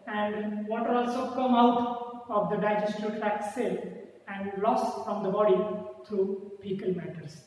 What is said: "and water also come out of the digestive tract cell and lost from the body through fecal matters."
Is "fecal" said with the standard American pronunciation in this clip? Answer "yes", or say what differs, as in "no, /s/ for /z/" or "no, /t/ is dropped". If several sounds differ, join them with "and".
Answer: no, /p/ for /f/